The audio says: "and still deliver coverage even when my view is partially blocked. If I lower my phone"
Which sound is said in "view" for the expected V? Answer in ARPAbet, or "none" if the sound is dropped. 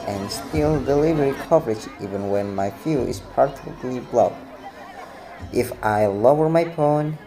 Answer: F